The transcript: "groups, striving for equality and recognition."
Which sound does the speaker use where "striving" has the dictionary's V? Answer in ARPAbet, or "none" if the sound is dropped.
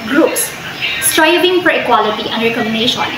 B